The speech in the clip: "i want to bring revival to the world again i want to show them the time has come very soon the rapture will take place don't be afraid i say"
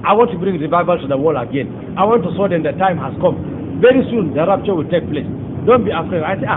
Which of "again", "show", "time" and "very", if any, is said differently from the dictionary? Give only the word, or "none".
show